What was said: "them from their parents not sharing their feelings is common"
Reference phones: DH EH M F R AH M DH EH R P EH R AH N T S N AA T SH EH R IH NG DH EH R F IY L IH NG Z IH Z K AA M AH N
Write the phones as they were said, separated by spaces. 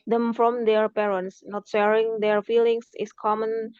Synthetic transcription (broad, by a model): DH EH M F R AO M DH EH R P EH R AH N T S N AA T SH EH R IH NG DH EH R F IY L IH NG S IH S K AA M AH N